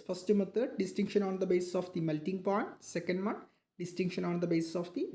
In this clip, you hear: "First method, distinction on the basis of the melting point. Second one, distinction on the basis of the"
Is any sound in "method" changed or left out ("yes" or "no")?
yes